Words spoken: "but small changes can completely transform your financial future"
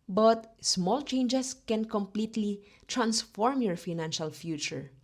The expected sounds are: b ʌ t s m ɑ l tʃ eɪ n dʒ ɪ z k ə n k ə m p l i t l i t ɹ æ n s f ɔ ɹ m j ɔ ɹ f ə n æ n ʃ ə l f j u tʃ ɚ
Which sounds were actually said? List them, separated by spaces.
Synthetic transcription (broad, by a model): b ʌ t s m ɑ l tʃ eɪ n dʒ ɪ s k ə n k ə m p l i t l i t ɹ æ n s f ɔ ɹ m j ɔ ɹ f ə n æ n ʃ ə l f j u tʃ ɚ